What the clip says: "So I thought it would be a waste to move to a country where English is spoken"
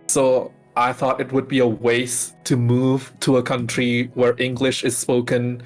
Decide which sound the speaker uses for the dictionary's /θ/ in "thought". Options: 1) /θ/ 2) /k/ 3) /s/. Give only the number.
1